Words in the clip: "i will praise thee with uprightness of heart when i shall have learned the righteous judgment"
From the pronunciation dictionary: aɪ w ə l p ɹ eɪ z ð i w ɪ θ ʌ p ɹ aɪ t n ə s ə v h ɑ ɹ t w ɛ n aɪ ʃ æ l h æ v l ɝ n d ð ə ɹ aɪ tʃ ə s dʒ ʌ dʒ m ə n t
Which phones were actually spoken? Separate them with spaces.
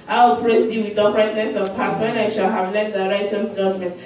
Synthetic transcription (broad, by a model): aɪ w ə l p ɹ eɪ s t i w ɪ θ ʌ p ɹ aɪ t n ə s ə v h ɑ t w ɛ n aɪ ʃ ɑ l h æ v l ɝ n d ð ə ɹ aɪ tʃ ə dʒ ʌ dʒ m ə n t